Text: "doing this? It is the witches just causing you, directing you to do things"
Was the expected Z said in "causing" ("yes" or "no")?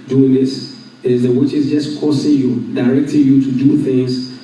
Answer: no